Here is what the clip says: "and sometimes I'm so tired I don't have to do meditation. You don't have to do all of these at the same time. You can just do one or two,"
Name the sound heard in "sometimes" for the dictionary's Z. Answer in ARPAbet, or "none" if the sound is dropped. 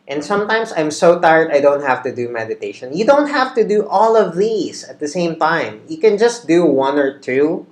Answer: S